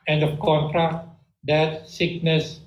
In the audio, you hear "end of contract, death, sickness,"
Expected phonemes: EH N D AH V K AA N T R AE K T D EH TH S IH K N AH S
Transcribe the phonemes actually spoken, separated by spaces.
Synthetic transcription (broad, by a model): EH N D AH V K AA N T R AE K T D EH T S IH K N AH S